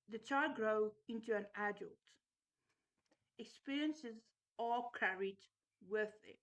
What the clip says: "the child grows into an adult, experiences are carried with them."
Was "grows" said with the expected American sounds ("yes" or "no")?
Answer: no